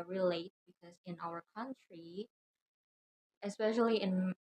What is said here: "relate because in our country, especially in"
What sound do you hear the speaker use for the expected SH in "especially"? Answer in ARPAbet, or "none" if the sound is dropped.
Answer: SH